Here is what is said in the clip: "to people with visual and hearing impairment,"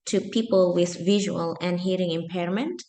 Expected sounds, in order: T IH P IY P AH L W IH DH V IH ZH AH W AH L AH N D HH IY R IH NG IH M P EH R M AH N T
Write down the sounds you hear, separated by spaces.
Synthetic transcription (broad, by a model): T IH P IY P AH L W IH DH V IH ZH AH W AH L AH N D HH IY R IH NG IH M P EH R M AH N T